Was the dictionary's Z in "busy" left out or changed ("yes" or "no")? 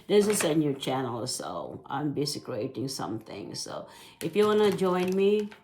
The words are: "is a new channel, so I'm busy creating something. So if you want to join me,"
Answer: yes